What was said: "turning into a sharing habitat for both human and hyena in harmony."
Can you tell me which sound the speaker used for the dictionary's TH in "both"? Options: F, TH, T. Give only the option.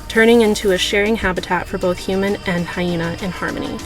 TH